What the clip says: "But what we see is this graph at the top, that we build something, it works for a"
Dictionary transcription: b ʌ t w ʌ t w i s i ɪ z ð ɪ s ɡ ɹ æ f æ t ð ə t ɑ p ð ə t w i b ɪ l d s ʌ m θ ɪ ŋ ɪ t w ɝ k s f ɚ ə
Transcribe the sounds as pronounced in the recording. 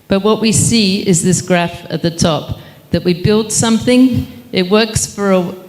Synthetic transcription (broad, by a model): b ʌ t w ʌ t w i s i ɪ z ð ɪ s ɡ ɹ æ f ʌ t ð ə t ɑ p ð ə t w i b ɪ l d s ʌ m θ ɪ ŋ ɪ t w ɝ k s f ɚ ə